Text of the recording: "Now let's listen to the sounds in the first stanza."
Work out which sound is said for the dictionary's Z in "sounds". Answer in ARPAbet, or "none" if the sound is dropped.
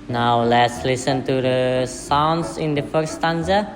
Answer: S